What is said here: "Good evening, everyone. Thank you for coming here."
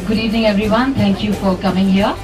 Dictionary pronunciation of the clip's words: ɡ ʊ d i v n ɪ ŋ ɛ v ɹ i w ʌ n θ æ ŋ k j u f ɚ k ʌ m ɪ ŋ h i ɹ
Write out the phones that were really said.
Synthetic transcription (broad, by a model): ɡ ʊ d i v n ɪ ŋ ɛ v ɹ i w ʌ n t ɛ ŋ k j u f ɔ k ʌ m ɪ ŋ h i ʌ